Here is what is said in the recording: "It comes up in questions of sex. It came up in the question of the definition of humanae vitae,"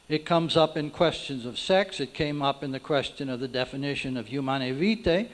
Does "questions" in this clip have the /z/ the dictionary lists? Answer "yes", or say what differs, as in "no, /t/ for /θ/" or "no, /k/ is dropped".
yes